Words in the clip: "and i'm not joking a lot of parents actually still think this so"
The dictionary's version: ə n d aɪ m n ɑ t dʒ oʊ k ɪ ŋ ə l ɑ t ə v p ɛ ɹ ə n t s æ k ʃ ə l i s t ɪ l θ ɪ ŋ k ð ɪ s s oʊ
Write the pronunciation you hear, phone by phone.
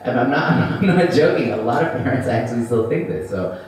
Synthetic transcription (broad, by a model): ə n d aɪ m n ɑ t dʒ oʊ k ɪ ə l ɑ t ə v p ɛ ɹ ə n t s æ k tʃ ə l i s t ɪ l θ ɪ ŋ k ð ɪ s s oʊ